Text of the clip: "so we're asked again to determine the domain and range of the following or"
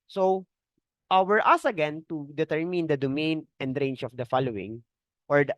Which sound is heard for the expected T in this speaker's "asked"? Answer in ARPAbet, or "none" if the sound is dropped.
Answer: none